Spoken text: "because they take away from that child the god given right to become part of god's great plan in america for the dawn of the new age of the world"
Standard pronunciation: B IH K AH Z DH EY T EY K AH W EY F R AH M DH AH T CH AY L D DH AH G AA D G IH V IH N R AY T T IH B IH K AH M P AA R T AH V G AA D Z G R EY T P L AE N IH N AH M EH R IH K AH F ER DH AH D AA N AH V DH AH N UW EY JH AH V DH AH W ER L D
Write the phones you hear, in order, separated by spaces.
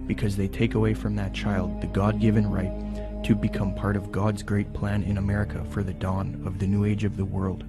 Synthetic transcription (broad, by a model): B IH K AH Z DH EY T EY K AH W EY F R AH M DH AH T CH AY L D DH AH G AA D G IH V IH N R AY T T IH B IH K AH M P AA R T AH V G AA D Z G R EY T P L AE N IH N AH M EH R IH K AH F ER DH AH D AA N AH V DH AH N UW EY JH AH V DH AH W ER L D